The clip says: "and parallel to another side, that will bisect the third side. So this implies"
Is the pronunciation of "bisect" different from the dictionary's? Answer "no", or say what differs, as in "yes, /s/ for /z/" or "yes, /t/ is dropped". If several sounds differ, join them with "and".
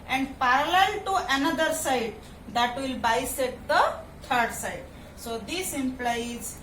yes, /k/ is dropped